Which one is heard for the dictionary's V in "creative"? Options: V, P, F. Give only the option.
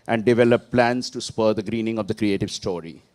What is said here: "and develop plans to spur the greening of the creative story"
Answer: V